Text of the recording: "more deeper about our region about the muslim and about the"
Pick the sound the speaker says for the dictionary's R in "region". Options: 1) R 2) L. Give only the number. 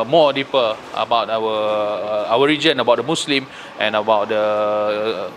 1